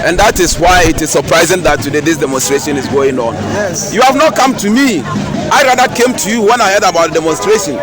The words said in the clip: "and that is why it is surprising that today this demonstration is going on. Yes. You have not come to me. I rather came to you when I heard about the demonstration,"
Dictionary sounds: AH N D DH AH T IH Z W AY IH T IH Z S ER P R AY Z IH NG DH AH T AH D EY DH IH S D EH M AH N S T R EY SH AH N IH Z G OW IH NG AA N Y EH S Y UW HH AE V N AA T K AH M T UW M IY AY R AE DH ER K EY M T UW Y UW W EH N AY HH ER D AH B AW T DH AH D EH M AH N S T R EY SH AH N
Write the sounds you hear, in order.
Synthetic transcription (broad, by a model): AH N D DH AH T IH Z W AY IH T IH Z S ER P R AY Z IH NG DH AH T AH D EY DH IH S D EH M AH N S T R EY SH AH N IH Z G OW IH NG AA N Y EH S Y UW HH AE V N AA T K AH M T UW M IY AY R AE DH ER K EY M T UW Y UW W EH N AY HH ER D AH B AW T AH D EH M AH N S T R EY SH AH N